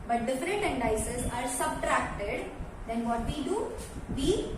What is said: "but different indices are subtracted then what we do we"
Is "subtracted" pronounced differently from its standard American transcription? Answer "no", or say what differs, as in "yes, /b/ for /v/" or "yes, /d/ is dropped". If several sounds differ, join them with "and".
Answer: no